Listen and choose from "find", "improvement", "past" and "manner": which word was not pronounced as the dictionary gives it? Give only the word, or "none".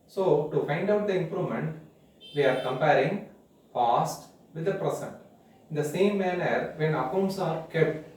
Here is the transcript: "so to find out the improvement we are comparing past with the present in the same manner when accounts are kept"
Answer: past